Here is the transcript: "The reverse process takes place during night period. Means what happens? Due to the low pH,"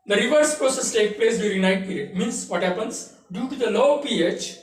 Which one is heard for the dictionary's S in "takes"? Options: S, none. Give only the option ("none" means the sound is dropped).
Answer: none